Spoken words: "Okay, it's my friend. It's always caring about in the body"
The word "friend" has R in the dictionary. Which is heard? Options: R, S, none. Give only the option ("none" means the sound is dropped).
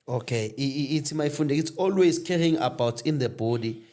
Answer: none